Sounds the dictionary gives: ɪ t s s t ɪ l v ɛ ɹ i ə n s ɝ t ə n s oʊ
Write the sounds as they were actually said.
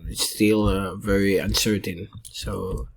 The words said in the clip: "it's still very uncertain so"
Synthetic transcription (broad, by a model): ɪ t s s t ɪ l v ɛ ɹ i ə n s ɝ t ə n s oʊ